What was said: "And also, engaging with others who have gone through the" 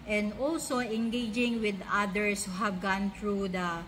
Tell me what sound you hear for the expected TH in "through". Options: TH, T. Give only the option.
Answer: T